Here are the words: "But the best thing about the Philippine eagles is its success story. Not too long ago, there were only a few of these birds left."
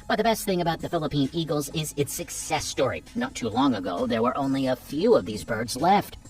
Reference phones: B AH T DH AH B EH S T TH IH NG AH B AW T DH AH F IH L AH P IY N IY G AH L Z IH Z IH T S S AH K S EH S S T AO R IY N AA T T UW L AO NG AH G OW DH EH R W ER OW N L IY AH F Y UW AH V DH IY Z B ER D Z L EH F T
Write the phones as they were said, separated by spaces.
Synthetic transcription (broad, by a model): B AH T DH AH B EH S T TH IH NG AH B AW T DH AH F IH L AH P IY N IY G L Z IH Z IH T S S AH K S EH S S T AO R IY N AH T T UW L AO NG AH G OW DH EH R W ER OW N L IY AH F Y UW AH V DH IY Z B ER D Z L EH F T